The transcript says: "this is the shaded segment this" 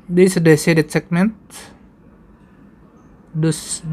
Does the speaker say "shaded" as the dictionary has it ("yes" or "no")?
no